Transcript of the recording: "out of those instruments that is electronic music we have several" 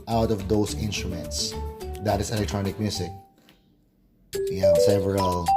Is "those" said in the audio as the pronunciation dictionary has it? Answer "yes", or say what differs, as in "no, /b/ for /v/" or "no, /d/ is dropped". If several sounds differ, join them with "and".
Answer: no, /s/ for /z/